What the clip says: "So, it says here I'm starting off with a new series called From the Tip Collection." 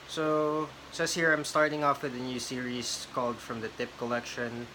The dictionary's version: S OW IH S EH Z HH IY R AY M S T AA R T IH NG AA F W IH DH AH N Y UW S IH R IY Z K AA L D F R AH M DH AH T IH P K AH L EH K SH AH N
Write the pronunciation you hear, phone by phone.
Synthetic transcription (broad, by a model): S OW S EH S HH IY R AY M S T AA R T IH NG AA F W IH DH AH N Y UW S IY R IY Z K AA L D F R AH M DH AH T IH P K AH L EH K SH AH N